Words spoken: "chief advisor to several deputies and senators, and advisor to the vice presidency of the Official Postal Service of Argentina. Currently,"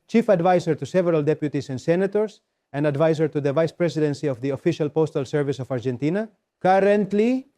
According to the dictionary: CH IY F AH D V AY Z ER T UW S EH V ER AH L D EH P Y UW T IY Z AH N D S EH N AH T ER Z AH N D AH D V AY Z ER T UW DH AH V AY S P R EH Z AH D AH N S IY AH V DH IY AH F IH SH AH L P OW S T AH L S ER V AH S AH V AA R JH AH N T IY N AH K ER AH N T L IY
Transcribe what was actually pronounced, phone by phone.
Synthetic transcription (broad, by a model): CH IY F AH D V AY S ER T UW S EH V ER AH L D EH P Y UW T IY S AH N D S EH N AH T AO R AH N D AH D V AY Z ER T UW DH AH V AY S P R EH S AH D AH N S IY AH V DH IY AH F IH SH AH L P OW S T AH L S ER V AH S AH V AA R JH AH N T IY N AH K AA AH N T L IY